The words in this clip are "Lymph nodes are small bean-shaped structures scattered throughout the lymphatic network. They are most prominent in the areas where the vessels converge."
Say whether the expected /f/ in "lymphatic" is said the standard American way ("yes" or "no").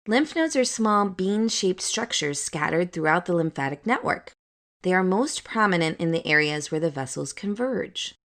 yes